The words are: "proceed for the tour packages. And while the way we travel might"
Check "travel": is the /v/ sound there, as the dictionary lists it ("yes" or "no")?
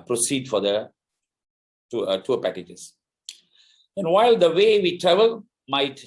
yes